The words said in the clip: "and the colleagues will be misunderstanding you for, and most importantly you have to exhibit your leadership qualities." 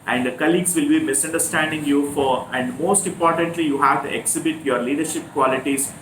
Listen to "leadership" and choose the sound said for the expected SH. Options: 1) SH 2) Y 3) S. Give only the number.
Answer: 1